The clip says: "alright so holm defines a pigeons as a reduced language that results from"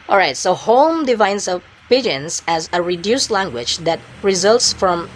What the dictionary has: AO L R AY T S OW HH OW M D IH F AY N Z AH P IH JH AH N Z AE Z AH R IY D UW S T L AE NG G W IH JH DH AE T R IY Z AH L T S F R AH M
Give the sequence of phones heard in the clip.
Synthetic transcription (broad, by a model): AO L R AY T S OW HH OW M D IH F AY N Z AH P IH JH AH N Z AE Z AH R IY D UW S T L AE NG G W IH JH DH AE T R IY Z AH L T S F R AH M